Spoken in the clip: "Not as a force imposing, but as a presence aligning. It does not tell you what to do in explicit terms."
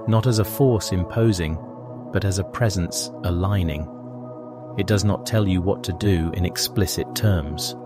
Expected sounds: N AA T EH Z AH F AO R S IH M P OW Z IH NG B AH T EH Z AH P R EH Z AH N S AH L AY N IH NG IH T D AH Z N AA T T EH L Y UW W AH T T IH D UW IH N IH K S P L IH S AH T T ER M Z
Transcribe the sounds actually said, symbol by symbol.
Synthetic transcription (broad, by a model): N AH T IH Z AH F AO R S IH M P OW Z IH NG B AH T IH Z AH P R EH Z AH N S AH L AY N IH NG IH T D AH Z N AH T T EH L Y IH W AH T T IH D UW IH N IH K S P L IH S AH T T ER M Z